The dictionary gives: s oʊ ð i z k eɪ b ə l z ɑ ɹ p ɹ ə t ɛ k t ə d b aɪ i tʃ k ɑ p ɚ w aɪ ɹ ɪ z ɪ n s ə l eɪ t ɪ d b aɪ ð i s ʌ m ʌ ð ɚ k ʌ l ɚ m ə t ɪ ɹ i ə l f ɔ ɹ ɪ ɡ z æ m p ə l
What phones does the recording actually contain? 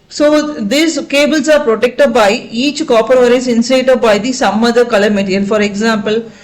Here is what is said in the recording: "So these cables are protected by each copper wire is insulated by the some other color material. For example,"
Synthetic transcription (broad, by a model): s oʊ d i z k eɪ b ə l s ɑ ɹ p ɹ ə t ɛ k t ə d b aɪ i tʃ k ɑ p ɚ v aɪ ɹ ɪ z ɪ n s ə ɪ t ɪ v b aɪ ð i s ʌ m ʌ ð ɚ k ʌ l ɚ m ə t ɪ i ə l f ɔ ɹ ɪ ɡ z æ m p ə l